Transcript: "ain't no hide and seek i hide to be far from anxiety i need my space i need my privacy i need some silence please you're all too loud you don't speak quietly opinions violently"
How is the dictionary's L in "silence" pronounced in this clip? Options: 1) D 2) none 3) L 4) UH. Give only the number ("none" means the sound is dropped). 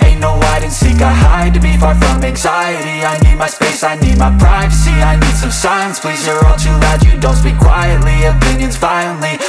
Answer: 2